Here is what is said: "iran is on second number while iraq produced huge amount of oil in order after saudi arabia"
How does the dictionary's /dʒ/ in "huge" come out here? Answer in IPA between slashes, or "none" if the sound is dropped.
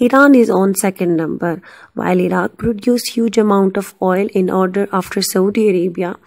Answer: /dʒ/